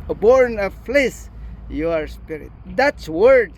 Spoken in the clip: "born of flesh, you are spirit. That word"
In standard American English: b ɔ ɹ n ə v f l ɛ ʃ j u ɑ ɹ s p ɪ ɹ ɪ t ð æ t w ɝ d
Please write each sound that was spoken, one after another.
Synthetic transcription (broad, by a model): b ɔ ɹ n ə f l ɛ s j ɑ ɹ s p ɪ ɹ ɪ t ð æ t w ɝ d